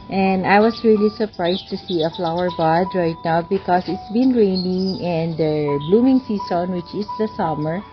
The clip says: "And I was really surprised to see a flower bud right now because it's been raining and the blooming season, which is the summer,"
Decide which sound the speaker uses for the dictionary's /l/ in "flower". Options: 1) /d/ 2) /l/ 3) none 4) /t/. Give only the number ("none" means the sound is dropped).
2